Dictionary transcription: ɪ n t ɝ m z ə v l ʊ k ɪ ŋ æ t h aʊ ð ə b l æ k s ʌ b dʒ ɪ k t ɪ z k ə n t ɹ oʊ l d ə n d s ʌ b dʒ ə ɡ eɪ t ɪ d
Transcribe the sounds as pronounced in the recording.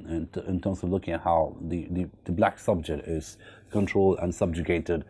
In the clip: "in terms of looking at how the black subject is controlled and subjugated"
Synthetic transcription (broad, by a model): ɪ n t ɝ m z ə v l ʊ k ɪ ŋ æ t h aʊ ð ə b l æ k s ʌ b dʒ ɪ k t ɪ z k ə n t ɹ oʊ l d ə n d s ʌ b dʒ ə ɡ eɪ t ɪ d